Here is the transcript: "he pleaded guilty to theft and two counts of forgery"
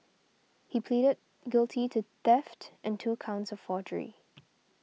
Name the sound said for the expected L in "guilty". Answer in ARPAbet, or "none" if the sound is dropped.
L